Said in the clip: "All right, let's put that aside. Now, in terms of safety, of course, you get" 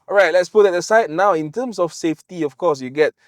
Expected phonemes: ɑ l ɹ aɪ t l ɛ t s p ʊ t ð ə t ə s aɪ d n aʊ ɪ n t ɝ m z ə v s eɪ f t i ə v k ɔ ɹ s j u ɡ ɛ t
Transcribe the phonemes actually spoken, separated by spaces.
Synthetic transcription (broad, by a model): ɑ ɹ aɪ t l ɛ t s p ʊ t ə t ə s aɪ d n aʊ ɪ n t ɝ m s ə f s eɪ f t i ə f k ɔ s j u ɡ ɛ t